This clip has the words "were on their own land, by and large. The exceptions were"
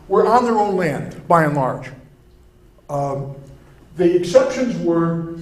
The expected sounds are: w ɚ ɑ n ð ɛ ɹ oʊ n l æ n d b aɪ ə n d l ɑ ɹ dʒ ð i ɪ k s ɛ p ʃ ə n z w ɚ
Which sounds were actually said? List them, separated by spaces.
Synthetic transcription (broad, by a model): w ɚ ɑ n ð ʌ ɹ oʊ n l æ n d b aɪ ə n l ɑ ɹ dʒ ð i ɪ k s ɛ p ʃ ə n z w ɚ